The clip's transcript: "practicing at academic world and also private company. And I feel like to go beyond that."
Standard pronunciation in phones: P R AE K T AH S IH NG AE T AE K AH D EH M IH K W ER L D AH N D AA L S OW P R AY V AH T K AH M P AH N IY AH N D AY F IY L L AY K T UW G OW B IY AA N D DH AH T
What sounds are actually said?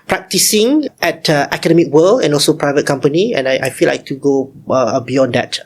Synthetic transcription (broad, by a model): P R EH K T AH S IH NG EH T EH K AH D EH M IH K W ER L AH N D AA L S OW P R AY V AH T K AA M P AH N IY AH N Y AY F IY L L AY K T UW G OW B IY AA N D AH T